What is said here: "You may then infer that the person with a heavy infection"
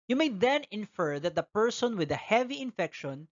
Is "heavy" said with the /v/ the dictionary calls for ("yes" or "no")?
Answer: yes